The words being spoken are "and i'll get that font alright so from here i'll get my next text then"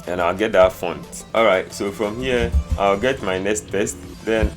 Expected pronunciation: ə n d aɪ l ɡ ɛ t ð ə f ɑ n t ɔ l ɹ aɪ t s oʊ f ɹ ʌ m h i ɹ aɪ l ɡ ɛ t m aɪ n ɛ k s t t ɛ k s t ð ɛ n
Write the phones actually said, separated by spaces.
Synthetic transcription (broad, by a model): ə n aɪ l ɡ ɛ t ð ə f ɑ n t ɔ l ɹ aɪ t s oʊ f ɹ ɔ m h i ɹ aɪ l ɡ ɛ t m aɪ n ɛ k s t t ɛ s t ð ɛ n